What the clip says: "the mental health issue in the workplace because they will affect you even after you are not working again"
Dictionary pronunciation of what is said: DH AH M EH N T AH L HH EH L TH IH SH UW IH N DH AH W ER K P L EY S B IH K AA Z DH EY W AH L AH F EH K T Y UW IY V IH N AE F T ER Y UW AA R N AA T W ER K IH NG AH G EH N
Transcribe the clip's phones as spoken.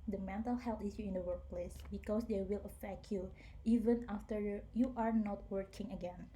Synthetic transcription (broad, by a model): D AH M EH N T AH L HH EH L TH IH S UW IH N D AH W ER K P L EY S B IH K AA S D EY W AH L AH F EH K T Y UW IY V IH N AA F T ER Y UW AA R N AA T W ER K IH NG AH G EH N